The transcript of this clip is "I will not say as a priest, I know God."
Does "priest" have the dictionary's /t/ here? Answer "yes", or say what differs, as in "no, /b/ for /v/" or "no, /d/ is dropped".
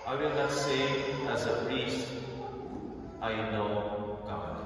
yes